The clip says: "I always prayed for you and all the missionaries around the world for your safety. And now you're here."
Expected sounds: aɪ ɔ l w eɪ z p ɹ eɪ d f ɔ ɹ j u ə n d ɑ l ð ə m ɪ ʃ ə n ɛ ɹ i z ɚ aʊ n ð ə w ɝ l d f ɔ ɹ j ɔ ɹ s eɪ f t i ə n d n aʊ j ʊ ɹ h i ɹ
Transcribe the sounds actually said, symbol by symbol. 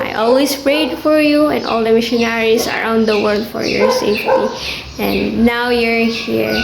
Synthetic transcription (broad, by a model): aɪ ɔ l w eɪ s p ɹ eɪ d f ɔ ɹ j u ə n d ɑ l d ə m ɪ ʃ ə n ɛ ɹ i s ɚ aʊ n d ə w ɝ l d f ɔ ɹ j ɔ ɹ s eɪ f t i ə n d n aʊ j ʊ ɹ h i ɹ